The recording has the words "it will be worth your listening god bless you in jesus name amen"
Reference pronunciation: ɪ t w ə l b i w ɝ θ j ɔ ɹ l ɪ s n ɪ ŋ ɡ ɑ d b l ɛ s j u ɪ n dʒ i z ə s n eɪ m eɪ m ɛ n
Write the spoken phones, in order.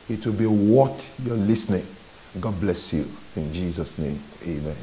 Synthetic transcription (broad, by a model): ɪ t w ə l b i w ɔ t j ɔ l ɪ s n ɪ ŋ ɡ ɑ d b l ɛ s j u ɪ n dʒ i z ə s n eɪ m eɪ m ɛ n